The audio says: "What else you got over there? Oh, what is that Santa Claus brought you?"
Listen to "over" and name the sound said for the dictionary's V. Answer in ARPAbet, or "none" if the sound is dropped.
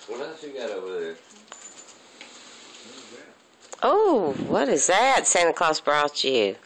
none